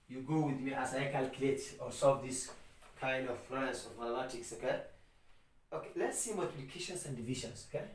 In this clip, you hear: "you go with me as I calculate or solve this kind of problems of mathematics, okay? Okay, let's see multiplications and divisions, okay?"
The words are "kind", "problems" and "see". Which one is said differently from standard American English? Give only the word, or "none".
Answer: problems